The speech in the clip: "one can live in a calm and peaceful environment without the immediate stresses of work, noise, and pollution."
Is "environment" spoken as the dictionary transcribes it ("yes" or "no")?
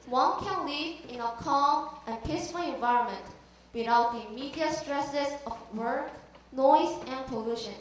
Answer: yes